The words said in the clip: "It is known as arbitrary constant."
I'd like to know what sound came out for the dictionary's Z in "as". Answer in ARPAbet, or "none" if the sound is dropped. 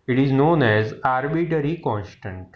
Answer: Z